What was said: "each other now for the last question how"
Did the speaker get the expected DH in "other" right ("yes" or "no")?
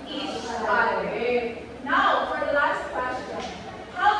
no